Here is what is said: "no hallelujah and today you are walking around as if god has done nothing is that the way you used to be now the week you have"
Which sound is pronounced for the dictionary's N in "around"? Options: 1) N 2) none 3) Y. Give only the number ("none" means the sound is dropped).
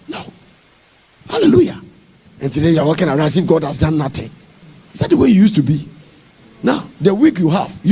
2